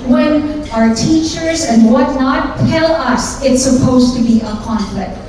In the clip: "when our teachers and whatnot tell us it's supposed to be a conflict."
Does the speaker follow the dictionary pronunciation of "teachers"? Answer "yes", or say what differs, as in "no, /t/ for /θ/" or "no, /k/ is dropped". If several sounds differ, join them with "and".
yes